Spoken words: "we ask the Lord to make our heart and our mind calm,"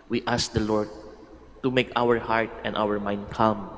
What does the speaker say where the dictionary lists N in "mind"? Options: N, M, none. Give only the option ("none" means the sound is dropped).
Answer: N